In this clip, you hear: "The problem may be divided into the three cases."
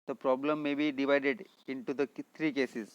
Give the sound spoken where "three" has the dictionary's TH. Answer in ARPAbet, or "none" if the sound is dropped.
T